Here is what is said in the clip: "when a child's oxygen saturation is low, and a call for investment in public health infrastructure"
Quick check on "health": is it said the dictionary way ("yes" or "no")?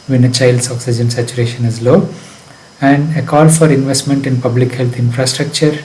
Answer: no